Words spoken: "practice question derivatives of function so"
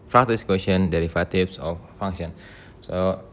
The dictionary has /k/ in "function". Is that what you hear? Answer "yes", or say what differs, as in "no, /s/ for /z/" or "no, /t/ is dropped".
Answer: no, /k/ is dropped